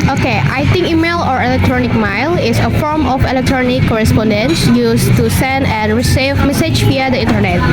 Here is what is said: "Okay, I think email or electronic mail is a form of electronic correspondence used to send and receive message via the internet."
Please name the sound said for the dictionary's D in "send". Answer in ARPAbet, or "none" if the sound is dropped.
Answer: D